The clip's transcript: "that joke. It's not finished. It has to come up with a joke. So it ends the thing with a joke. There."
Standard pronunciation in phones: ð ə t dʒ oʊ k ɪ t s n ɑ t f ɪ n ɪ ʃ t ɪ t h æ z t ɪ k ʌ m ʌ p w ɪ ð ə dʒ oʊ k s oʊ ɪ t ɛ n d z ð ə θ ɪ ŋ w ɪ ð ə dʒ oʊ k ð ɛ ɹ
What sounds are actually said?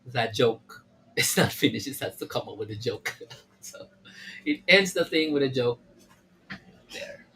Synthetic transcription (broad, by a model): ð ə t dʒ oʊ k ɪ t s n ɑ t f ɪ n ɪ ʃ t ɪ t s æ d t ɪ k ʌ m ʌ p w ɪ ð ə dʒ oʊ k s oʊ ɪ t ɛ n d z ð ə θ ɪ ŋ w ɪ ð ə dʒ oʊ k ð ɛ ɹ